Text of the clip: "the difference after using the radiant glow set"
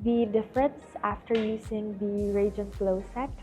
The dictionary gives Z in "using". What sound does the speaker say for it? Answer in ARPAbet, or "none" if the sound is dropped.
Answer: S